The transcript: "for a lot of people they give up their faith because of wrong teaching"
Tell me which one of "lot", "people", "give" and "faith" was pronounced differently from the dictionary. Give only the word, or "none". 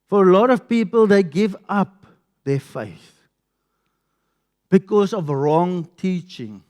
none